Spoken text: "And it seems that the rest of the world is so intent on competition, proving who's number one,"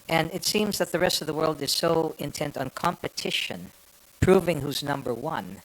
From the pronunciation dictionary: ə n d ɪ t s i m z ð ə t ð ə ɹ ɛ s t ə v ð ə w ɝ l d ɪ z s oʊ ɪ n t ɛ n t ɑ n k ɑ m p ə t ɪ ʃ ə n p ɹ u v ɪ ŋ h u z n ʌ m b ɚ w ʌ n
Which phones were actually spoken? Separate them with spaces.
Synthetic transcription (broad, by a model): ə n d ɪ t s i m z ð ə t ð ə ɹ ɛ s t ə v ð ə w ɝ l d ɪ z s oʊ ɪ n t ɛ n t n k ɑ m p ə t ɪ ʃ ə n p ɹ u v ɪ ŋ h u z n ʌ m b ɚ w ʌ n